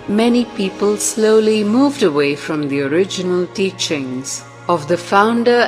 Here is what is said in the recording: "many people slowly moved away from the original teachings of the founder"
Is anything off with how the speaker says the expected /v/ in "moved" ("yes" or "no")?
no